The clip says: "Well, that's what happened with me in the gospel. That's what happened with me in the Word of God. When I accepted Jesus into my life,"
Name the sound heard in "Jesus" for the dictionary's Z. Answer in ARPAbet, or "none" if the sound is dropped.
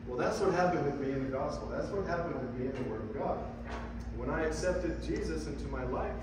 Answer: Z